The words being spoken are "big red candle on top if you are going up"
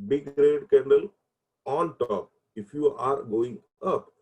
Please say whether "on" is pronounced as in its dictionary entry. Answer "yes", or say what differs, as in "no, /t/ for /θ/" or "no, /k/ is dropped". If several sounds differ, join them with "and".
no, /l/ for /n/